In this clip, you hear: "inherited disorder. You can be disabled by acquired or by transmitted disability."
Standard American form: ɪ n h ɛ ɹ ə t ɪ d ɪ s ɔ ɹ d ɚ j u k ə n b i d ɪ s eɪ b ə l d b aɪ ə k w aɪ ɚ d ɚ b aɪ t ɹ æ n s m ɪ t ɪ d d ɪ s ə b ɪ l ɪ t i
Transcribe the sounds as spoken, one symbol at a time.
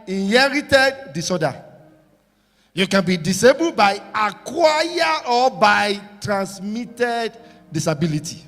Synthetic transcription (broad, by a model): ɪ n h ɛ ɹ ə t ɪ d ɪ s ɔ d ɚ j u k ə n b i d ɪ s eɪ b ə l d b aɪ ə k w aɪ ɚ ɔ b aɪ t ɹ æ n s m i t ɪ d d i s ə b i l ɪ t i